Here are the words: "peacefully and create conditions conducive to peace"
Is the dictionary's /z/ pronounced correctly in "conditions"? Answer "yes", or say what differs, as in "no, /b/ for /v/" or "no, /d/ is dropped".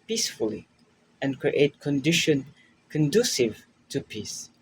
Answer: no, /z/ is dropped